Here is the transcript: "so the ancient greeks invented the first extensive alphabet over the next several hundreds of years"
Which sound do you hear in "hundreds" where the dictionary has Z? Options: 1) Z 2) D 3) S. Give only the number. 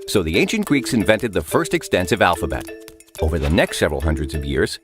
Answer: 1